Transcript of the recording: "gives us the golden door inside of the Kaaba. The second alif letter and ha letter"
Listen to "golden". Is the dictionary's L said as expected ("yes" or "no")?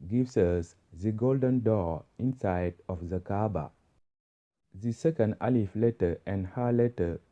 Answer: yes